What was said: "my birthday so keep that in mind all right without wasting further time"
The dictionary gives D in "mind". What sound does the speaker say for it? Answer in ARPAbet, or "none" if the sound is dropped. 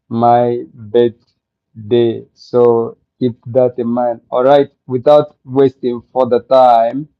none